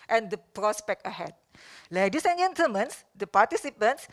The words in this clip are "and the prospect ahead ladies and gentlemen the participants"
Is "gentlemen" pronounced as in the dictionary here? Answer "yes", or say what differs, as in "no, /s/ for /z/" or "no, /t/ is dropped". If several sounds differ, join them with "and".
no, /l/ is dropped